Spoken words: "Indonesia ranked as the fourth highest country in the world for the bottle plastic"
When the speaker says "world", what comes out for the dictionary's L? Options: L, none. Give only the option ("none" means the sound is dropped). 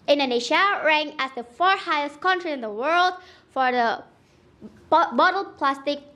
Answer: L